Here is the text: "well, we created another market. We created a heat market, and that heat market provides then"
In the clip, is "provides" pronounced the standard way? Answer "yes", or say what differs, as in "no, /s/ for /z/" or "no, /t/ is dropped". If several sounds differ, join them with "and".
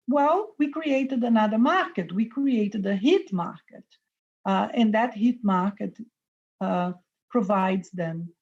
yes